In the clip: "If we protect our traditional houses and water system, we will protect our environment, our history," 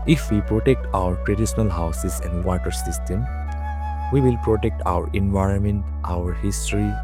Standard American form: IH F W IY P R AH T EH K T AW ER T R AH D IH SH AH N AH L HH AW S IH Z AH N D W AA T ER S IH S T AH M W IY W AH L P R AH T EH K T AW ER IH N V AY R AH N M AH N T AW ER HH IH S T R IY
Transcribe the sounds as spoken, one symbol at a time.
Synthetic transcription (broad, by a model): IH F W IY P R AH T EH K T AW ER T R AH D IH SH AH N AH L HH AW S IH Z AH N D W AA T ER S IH S T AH M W IY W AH L P R AH T EH K T AW ER IH N V AY R AH N M AH N T AW ER HH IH S T R IY